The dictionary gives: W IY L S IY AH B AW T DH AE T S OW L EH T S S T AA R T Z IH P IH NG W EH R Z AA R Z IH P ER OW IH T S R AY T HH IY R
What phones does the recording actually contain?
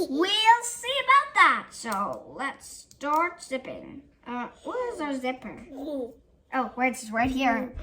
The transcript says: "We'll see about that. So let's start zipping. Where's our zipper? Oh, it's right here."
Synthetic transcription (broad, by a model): W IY L S IY AH B AW T DH AE T S OW L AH T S S T AA R T S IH P IH NG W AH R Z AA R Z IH P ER OW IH S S R AY T HH IY R